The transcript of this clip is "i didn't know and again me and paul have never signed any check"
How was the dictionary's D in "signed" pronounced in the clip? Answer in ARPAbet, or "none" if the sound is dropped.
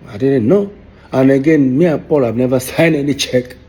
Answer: none